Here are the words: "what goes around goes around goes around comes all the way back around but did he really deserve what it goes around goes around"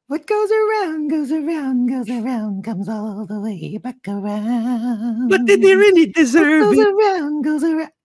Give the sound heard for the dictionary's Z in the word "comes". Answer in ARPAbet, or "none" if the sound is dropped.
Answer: Z